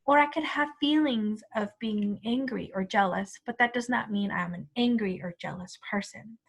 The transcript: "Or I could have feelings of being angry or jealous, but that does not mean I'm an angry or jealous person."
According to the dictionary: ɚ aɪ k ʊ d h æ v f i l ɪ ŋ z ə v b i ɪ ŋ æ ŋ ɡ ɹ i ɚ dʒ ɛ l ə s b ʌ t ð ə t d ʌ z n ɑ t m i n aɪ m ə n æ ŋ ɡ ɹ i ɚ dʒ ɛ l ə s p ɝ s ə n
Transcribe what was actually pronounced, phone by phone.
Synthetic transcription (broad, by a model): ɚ aɪ k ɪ d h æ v f i l ɪ ŋ z ə v b i ɪ ŋ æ ŋ ɡ ɹ i ɚ dʒ ɛ l ə s b ʌ t ð ə t d ʌ z n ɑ t m i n aɪ m ə n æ ŋ ɡ ɹ i ɚ dʒ ɛ l ə s p ɝ s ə n